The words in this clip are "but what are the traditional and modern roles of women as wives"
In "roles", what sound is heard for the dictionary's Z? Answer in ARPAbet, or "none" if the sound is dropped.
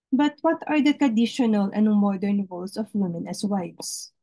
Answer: S